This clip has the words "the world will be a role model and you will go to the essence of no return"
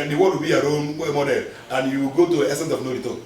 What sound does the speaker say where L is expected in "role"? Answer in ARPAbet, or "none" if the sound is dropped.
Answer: N